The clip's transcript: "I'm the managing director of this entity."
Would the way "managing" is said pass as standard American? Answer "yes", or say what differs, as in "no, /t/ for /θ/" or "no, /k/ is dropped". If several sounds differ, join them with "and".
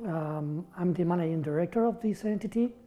no, /dʒ/ is dropped